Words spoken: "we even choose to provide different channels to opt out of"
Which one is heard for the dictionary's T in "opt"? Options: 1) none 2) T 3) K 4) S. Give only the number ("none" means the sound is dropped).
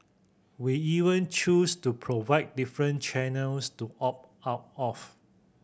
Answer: 1